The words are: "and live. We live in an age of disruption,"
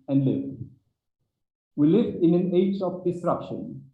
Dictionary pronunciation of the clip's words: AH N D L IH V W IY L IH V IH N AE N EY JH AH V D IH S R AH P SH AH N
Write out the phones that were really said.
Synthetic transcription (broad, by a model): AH N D L IH V W IY L IH V IH N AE N EY JH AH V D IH S R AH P SH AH N